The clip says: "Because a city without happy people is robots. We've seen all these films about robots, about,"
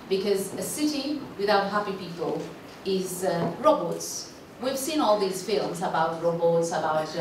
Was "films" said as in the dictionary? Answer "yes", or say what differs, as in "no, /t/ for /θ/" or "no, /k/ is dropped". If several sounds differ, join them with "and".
yes